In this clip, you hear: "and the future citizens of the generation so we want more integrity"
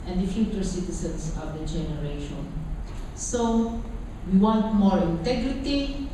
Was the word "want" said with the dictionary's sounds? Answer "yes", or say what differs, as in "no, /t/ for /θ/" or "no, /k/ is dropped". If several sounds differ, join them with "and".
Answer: yes